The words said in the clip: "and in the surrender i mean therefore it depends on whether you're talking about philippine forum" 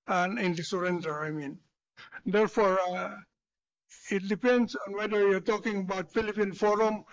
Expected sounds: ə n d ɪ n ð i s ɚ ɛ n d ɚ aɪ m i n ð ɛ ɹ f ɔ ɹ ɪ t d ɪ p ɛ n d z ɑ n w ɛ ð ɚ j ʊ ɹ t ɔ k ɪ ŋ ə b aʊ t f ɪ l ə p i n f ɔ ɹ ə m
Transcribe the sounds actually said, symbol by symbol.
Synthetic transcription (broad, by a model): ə n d ɪ n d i s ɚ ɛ n d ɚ aɪ m i n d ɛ ɹ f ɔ ɹ ɪ t d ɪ p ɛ n d s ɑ n w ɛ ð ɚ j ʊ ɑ t ɔ k ɪ ŋ ə b aʊ t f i l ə p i n f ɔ ɹ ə m